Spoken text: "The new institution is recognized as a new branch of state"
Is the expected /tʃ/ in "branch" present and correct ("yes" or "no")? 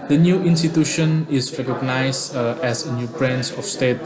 no